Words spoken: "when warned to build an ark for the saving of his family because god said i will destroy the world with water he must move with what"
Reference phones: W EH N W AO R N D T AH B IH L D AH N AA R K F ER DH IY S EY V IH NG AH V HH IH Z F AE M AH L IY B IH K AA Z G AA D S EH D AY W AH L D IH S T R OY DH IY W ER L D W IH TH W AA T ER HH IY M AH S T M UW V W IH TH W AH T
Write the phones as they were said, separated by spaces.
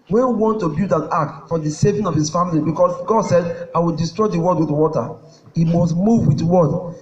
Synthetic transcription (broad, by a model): W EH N W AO N T AH B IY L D AH N AA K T F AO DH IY S EY V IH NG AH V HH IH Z F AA M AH L IY B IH K AA S G AA D S EH D AY W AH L D IH S T R OY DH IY W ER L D W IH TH W AA T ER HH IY M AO S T M UW V W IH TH W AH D